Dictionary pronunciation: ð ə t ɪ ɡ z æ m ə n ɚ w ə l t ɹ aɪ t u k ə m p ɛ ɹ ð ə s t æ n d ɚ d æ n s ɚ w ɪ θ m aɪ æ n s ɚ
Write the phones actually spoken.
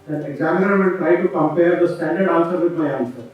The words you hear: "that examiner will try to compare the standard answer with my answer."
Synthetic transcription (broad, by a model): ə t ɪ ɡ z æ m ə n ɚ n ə n t ɹ aɪ t u k ə m p ɛ ɹ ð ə s t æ n d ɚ d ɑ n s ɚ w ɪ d m aɪ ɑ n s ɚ